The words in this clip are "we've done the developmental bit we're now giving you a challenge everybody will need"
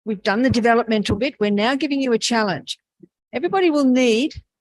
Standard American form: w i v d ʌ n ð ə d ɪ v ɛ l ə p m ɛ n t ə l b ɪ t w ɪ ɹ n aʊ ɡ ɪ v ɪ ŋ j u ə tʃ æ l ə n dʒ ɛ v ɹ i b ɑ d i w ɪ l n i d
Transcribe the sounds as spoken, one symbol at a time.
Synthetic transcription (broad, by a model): w i v d ʌ n ð ə d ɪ v ɛ l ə p m ɛ n t l b ɪ t w ɪ ɹ n aʊ ɡ ɪ v ɪ ŋ j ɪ ə tʃ æ l ə n dʒ ɛ v ɹ i b ɑ d i w ɪ l n i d